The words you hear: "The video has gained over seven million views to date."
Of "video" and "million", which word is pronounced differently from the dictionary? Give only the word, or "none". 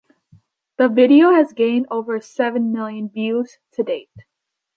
none